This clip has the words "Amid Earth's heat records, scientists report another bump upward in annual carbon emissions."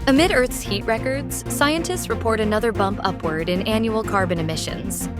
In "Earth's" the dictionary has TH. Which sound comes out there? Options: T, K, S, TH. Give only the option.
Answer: TH